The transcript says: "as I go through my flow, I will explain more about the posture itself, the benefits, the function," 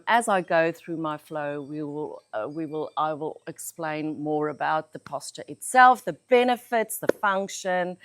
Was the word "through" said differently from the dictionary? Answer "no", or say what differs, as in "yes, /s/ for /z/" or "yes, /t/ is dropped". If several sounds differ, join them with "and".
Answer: no